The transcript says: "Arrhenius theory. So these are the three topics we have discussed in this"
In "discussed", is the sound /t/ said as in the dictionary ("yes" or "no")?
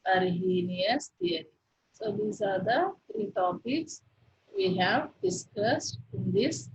yes